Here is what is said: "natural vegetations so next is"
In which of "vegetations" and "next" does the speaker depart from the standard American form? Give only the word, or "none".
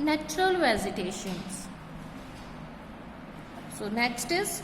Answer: vegetations